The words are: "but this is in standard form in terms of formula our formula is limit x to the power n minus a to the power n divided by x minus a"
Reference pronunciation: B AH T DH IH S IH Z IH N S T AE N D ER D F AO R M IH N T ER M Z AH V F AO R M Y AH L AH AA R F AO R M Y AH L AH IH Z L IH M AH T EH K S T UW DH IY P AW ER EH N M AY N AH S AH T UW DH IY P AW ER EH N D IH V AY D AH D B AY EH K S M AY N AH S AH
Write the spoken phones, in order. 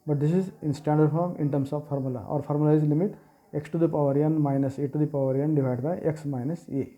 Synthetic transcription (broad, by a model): B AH T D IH S IH Z IH N S T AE N D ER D F AO R M IH N T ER M S AH V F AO R M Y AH L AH AA R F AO R M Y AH L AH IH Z L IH M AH T EH K S T UW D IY P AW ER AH N M AY N AH S AH T UW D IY P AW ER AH N D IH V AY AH D B AY EH K S M AY N AH S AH